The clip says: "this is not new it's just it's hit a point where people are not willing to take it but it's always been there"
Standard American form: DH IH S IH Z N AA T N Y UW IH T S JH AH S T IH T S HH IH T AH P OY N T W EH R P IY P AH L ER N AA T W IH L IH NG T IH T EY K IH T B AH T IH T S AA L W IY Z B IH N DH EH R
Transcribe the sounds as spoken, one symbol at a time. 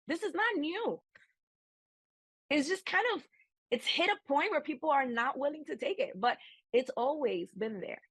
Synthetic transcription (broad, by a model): DH IH S IH Z N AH T N Y UW IH T S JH AH S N IH T S HH IH T AH P OY N T W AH R P IY P L ER N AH T W IH L IH NG T IH T EY K IH T B AH T IH T S AA L W IY Z B IH N DH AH R